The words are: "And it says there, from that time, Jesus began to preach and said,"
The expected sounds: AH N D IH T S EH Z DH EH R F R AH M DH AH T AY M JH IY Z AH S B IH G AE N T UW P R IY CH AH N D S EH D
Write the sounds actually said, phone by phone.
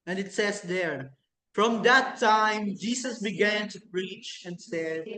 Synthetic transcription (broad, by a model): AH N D IH T S EH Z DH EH R F R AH M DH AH T AY M JH IY S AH S B IH G AE N T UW P R IY CH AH N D S EH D